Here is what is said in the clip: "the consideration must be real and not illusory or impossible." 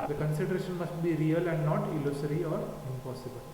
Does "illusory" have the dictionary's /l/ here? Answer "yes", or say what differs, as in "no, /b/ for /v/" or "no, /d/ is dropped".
yes